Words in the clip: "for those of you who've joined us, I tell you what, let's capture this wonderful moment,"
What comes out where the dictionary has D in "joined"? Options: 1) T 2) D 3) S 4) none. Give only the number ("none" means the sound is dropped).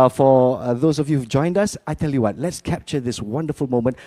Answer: 2